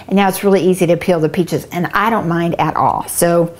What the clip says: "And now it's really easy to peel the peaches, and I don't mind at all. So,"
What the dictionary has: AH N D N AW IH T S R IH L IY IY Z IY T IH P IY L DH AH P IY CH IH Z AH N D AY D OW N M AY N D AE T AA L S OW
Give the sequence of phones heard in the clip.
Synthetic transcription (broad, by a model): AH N N AW IH T S R IH L IY IY Z IY T IH P IY L DH AH P IY CH IH Z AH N AY D OW N M AY N D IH T AA L S OW